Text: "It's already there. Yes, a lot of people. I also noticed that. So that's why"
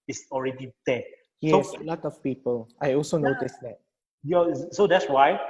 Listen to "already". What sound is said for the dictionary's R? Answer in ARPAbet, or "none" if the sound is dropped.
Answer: R